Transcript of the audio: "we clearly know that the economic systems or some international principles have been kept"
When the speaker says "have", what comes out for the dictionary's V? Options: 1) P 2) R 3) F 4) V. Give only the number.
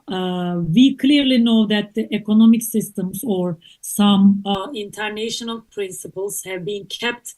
4